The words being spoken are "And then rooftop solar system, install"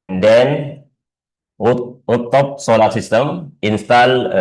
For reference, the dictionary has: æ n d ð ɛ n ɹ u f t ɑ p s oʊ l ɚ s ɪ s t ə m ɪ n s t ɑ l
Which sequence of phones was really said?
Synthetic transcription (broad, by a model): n d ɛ n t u t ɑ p s oʊ l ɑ s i s t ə m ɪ n s t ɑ l